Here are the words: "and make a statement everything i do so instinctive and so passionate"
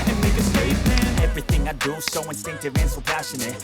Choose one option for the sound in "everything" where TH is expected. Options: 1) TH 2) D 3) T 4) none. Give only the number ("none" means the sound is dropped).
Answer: 1